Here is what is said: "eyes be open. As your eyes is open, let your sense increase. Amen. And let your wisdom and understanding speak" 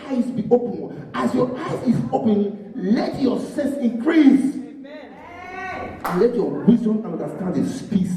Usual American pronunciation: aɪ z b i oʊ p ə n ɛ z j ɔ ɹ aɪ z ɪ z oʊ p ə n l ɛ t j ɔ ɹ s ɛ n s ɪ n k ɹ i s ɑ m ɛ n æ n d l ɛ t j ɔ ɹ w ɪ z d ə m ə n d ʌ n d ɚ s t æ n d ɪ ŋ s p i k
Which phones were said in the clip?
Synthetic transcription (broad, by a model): aɪ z b i oʊ p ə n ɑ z j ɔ aɪ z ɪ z oʊ p ə n l ɛ t j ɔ s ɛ s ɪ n k ɹ i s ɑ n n l ɛ t j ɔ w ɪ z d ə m ə n d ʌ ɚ s t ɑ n d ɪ s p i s